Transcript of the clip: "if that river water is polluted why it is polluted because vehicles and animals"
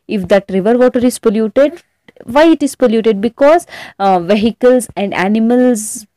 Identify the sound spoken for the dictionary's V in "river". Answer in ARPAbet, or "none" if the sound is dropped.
V